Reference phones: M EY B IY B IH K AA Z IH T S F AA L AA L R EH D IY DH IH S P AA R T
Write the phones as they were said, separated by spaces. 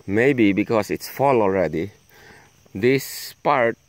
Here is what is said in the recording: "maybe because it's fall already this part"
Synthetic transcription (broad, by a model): M EY B IY B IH K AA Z IH T S F AA L AA L R EH D IY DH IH S P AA R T